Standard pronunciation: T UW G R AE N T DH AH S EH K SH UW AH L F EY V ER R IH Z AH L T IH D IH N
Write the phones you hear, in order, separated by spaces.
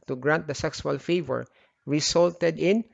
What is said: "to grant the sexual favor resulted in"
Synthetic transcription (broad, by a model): T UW G R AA N T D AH S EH K S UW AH L F EY V ER R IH S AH L T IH D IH N